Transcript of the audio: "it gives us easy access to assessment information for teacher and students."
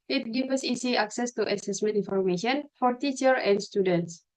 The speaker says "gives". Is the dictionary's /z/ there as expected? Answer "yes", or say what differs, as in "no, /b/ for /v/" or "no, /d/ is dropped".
no, /z/ is dropped